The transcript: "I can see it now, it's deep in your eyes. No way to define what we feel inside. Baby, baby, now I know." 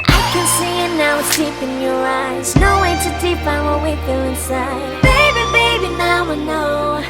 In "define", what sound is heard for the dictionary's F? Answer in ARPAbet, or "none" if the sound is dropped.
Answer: P